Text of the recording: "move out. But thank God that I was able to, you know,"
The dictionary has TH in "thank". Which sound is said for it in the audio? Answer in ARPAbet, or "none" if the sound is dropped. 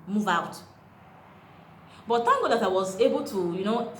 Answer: T